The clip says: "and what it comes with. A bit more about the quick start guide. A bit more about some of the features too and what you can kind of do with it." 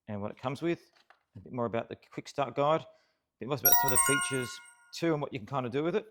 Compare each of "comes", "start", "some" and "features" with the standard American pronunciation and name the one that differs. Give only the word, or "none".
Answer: none